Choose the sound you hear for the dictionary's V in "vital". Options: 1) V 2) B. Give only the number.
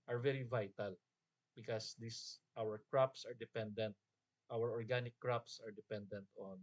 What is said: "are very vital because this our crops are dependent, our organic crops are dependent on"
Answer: 1